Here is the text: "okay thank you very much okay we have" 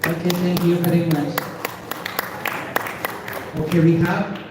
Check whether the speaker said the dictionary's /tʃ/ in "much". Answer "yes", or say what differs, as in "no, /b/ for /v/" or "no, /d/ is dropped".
no, /s/ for /tʃ/